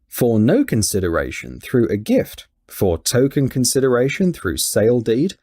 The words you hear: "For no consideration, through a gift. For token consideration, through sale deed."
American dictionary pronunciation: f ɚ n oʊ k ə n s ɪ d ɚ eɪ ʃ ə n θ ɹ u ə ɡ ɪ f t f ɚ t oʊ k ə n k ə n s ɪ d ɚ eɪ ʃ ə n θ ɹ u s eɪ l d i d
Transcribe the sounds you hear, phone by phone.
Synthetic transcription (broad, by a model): f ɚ n oʊ k ə n s ɪ d ɚ eɪ ʃ ə n θ ɹ u ə ɡ ɪ f t f ɚ t oʊ k ə n k ə n s ɪ d ɚ eɪ ʃ ə n θ ɹ u s eɪ l d i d